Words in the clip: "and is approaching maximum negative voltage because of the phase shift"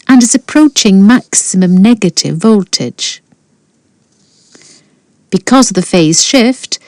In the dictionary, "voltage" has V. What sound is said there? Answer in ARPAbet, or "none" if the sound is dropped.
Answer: V